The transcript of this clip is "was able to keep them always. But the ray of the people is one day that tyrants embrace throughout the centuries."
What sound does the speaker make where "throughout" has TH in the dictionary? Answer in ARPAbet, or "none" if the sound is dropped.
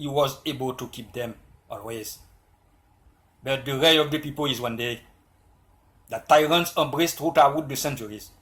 T